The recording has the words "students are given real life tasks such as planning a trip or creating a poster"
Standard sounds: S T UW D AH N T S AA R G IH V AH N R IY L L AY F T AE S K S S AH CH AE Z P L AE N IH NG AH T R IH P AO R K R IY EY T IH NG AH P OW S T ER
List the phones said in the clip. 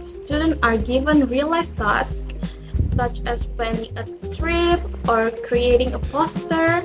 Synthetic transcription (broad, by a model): S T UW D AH N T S AA R G IH V AH N R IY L L AY F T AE S K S S AH CH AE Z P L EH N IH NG AH T R IH P AO R K R IY EY T IH NG AH P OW S T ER